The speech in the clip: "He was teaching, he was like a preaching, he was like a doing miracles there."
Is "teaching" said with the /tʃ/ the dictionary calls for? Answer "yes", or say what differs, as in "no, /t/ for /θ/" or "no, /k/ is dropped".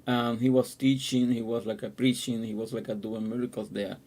yes